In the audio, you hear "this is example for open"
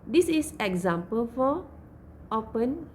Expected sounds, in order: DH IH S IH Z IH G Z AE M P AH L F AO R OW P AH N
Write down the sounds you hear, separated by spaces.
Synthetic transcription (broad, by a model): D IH S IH S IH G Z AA M P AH L F AO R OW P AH N